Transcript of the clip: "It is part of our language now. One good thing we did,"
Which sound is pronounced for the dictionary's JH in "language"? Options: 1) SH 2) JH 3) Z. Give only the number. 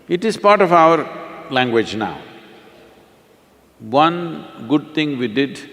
2